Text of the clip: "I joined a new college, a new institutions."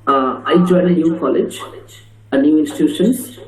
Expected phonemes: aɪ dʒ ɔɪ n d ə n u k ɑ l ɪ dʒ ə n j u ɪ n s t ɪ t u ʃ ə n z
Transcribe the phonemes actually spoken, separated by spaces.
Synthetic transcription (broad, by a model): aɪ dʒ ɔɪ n ə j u k ɑ l ɪ dʒ ə n j u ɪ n s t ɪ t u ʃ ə n